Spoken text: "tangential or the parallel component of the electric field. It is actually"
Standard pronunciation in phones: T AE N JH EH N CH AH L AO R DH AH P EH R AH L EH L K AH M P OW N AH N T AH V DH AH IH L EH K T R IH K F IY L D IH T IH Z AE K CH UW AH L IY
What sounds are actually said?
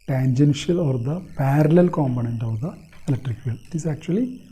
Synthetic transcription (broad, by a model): T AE N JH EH N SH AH L AO R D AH P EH R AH L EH L K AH M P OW N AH N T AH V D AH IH L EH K T R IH K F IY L IH T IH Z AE K CH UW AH L IY